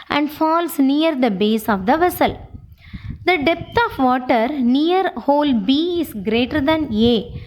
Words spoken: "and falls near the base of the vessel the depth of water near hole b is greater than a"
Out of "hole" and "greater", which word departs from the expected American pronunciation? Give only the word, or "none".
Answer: none